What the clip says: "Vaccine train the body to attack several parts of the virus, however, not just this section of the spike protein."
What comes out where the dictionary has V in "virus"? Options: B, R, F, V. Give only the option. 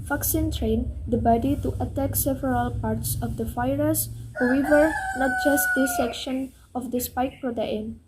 F